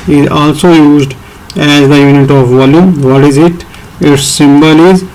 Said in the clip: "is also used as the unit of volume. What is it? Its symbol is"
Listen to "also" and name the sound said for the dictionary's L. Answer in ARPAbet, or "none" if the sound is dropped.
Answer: L